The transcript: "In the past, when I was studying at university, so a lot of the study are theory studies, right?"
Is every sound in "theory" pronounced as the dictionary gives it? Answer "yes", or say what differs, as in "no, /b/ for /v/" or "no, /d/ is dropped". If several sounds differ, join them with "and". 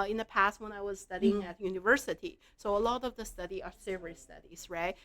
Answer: no, /s/ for /θ/